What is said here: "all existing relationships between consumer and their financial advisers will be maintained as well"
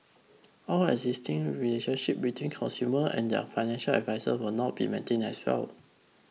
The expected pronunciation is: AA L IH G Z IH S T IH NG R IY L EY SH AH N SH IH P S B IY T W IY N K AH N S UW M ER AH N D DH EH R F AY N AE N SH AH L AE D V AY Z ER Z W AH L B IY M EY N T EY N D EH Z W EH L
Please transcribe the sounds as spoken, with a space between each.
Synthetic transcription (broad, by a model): AA L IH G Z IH S T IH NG R IY L EY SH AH N SH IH P B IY T W IY N K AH N S UW M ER AH N D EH F AY N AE N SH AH L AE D V AY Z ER W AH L B IY M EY N T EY N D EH S W EH L